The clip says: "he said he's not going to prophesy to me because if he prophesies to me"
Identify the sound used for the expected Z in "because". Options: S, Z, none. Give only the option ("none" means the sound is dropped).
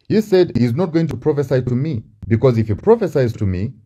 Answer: Z